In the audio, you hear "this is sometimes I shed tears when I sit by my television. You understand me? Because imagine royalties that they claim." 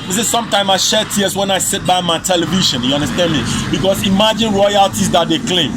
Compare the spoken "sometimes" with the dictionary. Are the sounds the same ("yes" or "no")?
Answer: no